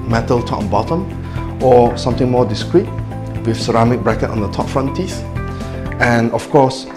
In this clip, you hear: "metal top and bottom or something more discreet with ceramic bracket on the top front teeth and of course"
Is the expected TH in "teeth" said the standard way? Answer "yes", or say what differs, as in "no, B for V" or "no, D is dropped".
no, S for TH